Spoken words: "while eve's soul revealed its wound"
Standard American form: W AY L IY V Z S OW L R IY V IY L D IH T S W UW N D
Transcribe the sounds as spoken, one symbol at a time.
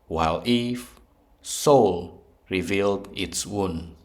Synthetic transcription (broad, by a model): W AY L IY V S OW L R IY V IY L D IH T S W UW N